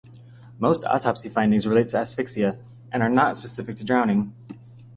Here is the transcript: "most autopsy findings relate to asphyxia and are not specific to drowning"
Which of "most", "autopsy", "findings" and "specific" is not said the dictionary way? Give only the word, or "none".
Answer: none